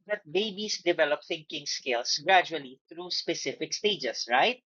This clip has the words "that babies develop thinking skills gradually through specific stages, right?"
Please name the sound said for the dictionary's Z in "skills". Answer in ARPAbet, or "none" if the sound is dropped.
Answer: S